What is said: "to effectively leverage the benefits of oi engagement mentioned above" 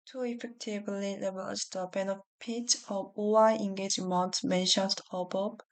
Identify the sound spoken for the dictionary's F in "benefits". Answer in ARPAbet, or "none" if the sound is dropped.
P